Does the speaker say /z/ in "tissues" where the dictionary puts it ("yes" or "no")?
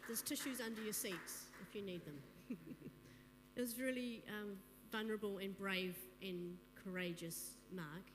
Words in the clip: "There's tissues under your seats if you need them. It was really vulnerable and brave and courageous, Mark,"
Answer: yes